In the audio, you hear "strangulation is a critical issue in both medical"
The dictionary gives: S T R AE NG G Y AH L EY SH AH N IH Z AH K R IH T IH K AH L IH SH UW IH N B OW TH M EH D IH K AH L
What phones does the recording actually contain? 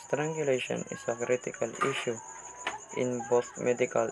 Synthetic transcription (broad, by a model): S T R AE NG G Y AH L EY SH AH N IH S AH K R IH T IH K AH L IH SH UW IH N B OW T M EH D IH K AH L